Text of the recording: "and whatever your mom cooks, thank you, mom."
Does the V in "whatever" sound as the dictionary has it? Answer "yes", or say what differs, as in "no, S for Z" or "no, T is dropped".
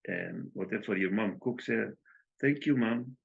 no, F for V